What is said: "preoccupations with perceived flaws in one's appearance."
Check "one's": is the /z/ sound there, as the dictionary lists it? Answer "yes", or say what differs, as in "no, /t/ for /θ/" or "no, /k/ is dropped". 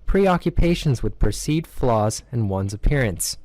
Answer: yes